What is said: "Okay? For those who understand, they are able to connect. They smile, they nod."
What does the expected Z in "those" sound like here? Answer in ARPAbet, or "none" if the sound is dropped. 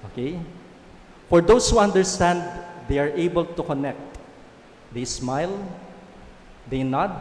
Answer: S